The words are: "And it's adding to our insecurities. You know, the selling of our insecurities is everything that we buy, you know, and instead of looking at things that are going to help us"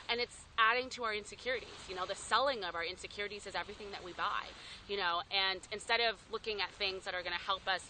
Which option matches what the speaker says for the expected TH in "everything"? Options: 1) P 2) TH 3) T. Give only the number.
2